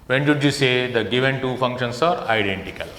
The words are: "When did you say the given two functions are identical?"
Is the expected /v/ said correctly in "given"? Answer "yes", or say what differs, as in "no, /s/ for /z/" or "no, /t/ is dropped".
yes